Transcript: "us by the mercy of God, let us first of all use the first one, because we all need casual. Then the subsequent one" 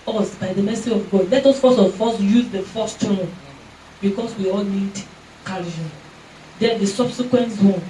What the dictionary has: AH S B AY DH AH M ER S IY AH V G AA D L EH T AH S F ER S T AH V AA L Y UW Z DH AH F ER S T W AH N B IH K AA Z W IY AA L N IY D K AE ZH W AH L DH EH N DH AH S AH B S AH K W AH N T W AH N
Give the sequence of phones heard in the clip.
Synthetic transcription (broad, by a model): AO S B AY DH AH M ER S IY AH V G AA D L EH T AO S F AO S AH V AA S Y UW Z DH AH F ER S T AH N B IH K AA S W IY AA L N IY D K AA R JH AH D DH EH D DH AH S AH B S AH K W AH N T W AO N